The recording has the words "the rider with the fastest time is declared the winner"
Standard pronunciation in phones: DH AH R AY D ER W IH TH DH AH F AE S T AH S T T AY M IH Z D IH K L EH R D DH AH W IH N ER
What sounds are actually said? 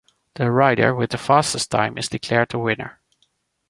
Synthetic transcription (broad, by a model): DH AH R AY D ER W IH DH AH F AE S T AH S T T AY M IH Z D IH K L EH R D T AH W IH N ER